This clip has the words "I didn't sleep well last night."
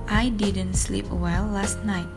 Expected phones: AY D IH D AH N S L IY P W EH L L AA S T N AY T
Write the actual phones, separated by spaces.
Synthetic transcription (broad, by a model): AY D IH D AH N S L IY P W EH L L AA S T N AY T